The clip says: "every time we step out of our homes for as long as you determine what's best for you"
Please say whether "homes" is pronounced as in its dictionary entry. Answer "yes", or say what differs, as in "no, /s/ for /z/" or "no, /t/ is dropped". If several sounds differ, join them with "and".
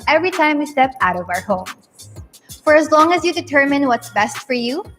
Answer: no, /z/ is dropped